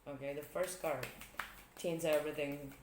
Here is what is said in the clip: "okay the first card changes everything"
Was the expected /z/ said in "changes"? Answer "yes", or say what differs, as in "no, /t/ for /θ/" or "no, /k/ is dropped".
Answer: no, /z/ is dropped